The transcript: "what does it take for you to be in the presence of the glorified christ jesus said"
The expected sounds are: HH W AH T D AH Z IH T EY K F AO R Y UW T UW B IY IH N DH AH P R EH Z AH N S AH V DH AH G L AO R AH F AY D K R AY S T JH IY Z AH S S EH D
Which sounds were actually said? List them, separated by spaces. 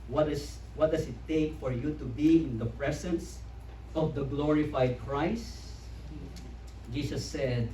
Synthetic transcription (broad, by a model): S W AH T D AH S IH T EY K F AO R Y UW T UW B IY IH N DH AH P R EH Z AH N S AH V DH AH G L AO R AH F AY D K R AY S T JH IY S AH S S EH D